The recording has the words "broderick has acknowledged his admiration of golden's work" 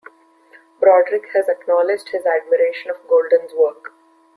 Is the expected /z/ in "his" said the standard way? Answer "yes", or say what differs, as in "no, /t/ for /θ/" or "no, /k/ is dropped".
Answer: yes